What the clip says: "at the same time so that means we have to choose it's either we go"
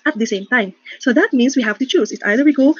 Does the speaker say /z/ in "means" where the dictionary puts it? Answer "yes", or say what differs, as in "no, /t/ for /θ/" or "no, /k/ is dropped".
no, /s/ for /z/